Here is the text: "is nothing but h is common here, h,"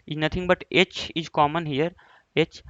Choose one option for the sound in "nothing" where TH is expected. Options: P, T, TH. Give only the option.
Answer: T